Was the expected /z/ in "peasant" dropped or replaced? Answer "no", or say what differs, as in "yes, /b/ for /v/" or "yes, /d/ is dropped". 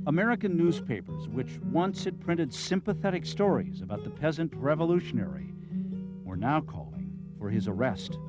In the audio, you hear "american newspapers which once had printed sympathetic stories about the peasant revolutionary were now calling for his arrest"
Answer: no